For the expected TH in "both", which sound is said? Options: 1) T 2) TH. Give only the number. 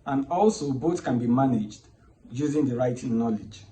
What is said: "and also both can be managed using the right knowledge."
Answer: 1